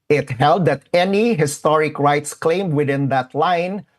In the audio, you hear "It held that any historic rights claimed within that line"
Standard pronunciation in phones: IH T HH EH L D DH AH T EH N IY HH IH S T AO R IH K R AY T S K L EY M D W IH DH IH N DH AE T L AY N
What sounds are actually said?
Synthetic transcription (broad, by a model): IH T HH EH L D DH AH T EH N IY HH IH S T AO R IH K R AY T S K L EY M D W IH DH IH N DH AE T L AY N